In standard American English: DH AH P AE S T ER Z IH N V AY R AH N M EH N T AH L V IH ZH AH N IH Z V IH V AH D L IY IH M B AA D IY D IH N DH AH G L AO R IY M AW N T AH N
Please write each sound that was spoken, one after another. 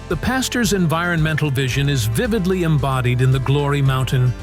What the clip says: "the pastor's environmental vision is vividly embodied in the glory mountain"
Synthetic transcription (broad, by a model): DH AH P AE S T ER Z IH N V AY R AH N M EH N T L V IH ZH AH N IH Z V IH V AH D L IY IH M B AA D IY D IH N DH AH G L AO R IY M AW N T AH N